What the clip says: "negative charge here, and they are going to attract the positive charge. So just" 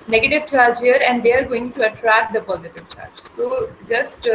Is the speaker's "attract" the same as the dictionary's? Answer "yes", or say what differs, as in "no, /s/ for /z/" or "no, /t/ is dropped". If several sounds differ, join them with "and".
yes